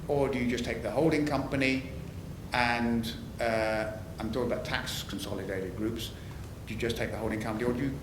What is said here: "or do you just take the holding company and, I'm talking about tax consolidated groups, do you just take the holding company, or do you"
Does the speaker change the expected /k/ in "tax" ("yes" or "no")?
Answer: no